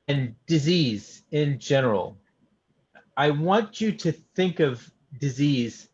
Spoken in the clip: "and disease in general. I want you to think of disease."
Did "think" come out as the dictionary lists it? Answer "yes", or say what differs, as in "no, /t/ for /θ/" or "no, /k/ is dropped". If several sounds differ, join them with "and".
yes